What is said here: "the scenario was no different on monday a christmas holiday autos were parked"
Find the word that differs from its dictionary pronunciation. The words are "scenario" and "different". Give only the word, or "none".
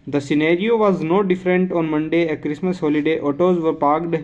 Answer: none